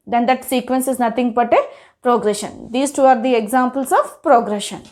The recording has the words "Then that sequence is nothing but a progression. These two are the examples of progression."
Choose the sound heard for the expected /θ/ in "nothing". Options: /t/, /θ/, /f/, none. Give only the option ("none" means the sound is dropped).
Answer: /t/